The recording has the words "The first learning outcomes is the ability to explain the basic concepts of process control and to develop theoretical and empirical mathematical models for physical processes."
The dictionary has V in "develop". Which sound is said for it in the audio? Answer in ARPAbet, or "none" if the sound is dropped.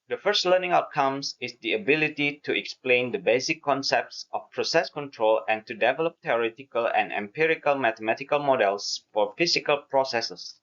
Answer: V